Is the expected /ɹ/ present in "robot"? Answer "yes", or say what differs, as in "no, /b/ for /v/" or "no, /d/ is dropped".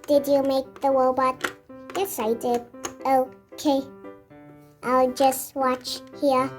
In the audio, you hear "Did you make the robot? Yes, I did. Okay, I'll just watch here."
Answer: no, /w/ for /ɹ/